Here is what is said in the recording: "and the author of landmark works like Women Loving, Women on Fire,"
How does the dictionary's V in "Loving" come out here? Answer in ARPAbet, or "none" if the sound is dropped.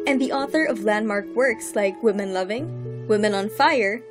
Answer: V